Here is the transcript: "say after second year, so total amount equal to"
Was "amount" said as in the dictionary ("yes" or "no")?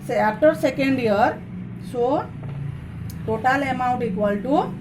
yes